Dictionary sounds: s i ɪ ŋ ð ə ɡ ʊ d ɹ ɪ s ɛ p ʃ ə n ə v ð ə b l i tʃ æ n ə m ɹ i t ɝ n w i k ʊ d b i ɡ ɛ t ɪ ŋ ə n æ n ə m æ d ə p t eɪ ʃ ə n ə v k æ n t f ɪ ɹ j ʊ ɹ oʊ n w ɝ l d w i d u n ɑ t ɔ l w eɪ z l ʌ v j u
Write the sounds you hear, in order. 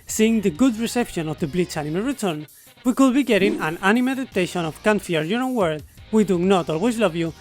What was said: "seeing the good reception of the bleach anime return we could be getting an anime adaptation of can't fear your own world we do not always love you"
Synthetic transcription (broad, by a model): s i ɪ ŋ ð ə ɡ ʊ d ɹ ɪ s ɛ p ʃ ə n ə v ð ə b l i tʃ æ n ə m ɹ i t ɝ n w i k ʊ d b i ɡ ɛ t ɪ ŋ ə n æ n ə m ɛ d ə t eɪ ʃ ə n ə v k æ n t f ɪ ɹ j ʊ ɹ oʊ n w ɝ d w i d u n ɑ t ɔ l w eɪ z l ʌ v j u